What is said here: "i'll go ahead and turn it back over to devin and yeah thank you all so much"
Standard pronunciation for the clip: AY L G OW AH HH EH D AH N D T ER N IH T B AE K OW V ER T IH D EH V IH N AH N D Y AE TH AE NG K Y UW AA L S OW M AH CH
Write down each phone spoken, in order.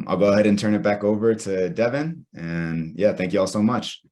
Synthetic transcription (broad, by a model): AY L G OW AH HH EH D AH N T ER N IH T B AE K OW V ER T IH D EH V IH N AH N Y AE TH AE NG K Y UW AA L S OW M AH CH